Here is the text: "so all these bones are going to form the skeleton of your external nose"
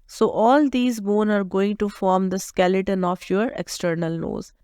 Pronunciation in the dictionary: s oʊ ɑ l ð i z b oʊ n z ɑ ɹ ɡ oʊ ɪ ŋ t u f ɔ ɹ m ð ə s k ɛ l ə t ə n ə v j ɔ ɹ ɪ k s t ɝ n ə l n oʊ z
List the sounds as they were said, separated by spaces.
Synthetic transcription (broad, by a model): s oʊ ɑ l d i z b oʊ n ɑ ɹ ɡ oʊ ɪ ŋ t u f ɔ ɹ m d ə s k ɛ l ə t ə n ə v j ɔ ɹ ɪ k s t ɝ n ə l oʊ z